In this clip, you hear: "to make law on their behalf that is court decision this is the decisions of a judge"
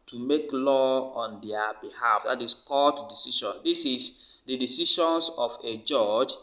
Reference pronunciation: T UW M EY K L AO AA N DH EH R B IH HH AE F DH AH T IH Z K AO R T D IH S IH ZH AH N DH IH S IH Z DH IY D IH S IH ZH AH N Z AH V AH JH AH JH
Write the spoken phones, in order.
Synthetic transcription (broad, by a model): T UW M EY K L AO AA N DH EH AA B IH HH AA F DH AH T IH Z K AO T D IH S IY SH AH N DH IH S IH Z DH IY D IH S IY SH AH N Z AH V AH JH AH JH